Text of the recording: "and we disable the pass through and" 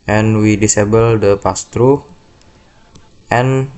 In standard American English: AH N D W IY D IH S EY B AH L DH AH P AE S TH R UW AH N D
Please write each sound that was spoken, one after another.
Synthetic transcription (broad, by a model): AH N W IY D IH S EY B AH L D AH P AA S T R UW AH N